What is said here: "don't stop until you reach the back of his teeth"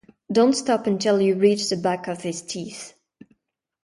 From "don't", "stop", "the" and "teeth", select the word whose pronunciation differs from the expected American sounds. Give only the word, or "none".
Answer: none